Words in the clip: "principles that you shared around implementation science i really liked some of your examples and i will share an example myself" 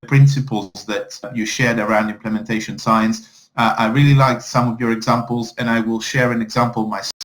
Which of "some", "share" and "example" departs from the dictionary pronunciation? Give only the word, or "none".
none